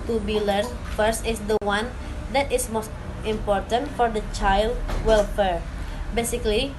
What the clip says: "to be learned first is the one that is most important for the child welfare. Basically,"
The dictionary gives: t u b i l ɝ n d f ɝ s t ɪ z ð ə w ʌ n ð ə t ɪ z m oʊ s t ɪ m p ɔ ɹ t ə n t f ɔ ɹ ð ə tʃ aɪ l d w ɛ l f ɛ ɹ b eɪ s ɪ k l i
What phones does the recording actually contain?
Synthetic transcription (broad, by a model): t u b i l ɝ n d f ɝ s t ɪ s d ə w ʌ n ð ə t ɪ s m oʊ s t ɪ m p ɔ ɹ t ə n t f ɔ ɹ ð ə tʃ aɪ l d w ɛ l f ɛ ɹ b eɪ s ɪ k l i